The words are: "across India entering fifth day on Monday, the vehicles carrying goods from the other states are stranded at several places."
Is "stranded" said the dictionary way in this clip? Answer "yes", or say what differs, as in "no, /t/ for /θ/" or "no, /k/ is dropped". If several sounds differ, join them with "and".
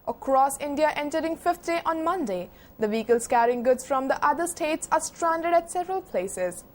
yes